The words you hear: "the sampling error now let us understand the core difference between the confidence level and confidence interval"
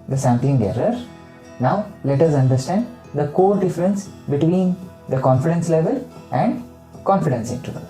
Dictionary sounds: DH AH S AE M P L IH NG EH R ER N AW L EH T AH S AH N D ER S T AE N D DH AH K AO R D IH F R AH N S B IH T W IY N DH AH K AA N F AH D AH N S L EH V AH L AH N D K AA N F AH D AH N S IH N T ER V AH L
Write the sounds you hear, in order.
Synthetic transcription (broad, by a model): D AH S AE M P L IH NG EH R ER N AW L EH T AH S AH N D ER S T AE N D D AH K AO R D IH F R AH N S B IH T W IY N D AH K AA N F AH D AH N S L EH V AH L AH N D K AA N F AH D AH N S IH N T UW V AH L